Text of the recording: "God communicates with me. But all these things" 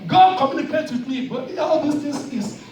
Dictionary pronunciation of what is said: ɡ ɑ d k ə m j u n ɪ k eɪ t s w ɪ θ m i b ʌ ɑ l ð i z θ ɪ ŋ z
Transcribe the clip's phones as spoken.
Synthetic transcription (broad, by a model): ɡ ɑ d k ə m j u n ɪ k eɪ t w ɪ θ m i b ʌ ɑ l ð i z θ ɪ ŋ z